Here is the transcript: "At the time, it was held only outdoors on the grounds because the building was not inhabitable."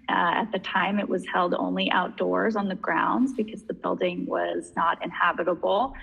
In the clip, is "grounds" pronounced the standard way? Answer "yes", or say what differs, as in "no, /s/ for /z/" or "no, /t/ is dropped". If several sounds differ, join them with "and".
yes